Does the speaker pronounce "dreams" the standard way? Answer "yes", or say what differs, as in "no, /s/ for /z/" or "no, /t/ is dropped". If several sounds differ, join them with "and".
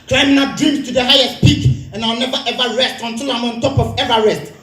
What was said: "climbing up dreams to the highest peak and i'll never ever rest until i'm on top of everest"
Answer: no, /ɹ/ is dropped